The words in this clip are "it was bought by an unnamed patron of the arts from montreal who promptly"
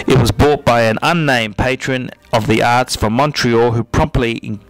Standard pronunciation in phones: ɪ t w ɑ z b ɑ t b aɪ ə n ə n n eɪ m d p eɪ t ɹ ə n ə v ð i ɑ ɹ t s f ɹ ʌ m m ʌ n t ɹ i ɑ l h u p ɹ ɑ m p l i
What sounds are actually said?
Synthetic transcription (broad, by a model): ɪ t w ɑ z b ɑ t b aɪ ə n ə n n eɪ m p eɪ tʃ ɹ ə n ə v ð i ɑ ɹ t s f ɹ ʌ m m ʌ n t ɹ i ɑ h u p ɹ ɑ m p l i